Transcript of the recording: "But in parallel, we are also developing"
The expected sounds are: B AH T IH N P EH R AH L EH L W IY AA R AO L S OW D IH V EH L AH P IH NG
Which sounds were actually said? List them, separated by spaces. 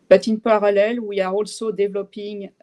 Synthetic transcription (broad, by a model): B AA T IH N P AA R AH L EH L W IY AA R AO L S OW D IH V L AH P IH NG